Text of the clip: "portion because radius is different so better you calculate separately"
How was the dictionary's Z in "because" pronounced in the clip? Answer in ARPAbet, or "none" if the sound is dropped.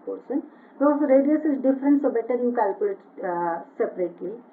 none